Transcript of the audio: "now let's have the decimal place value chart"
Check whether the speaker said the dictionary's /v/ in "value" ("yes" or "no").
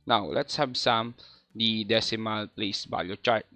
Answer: no